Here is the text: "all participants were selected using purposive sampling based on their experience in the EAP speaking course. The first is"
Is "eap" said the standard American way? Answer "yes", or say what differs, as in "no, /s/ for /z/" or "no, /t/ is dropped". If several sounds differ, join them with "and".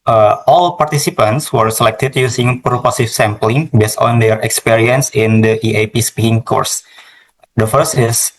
yes